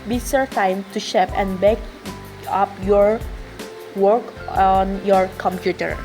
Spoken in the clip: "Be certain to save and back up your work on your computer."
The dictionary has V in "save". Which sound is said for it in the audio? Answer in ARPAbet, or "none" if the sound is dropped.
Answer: P